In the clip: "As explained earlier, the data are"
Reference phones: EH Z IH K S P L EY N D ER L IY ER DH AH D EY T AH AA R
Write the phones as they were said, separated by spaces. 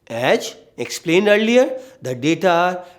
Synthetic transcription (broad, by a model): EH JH IH K S P L EY N D ER L IY ER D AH D EY T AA R